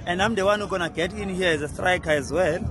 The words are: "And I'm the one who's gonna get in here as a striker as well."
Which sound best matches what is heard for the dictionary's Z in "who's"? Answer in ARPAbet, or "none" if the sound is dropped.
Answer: none